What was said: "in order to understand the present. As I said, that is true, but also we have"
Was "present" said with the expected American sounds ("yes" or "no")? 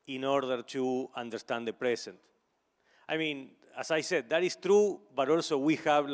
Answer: no